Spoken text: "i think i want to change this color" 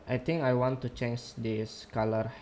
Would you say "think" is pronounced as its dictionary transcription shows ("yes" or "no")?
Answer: no